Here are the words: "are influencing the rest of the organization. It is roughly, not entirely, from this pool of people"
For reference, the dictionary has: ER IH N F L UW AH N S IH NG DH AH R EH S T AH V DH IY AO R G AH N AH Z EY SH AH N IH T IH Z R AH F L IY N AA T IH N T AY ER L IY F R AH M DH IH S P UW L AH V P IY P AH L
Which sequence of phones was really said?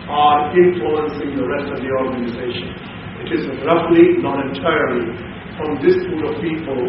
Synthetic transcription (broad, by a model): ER IH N F L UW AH N S IH NG DH AH R EH S T AH V DH IY AO R G AH N AH Z EY SH AH N IH T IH Z R AH F L IY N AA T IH T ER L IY F R AH M DH IH S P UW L AH V P IY P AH L